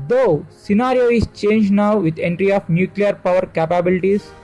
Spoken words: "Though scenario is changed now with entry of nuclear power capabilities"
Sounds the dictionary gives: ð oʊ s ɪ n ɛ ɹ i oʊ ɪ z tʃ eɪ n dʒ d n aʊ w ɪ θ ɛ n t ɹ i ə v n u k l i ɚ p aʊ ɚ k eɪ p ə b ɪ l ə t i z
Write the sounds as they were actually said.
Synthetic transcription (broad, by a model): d oʊ s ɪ n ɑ ɹ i oʊ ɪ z tʃ eɪ n dʒ d n aʊ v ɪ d ɛ n t ɹ i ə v n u k l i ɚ p aʊ ɚ k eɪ p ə b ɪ l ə t i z